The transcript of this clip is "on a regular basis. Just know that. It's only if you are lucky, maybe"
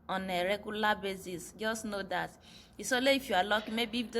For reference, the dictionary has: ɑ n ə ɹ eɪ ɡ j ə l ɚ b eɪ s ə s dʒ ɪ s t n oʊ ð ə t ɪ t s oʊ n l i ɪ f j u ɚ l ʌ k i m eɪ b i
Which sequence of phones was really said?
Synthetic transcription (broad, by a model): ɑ n ə ɹ eɪ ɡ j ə l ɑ b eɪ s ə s dʒ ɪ s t n oʊ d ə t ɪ s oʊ l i ɪ f j u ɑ l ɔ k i m eɪ b i